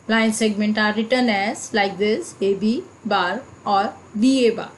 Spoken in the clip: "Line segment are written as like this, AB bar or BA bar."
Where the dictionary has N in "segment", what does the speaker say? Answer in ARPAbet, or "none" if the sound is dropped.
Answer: N